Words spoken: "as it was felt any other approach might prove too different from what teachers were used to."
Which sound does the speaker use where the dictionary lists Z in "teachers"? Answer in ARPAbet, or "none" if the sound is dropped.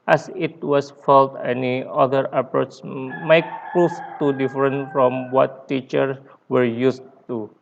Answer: none